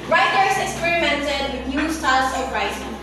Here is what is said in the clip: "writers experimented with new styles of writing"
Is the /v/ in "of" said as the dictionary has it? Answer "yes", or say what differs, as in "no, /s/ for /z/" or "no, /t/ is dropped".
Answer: no, /p/ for /v/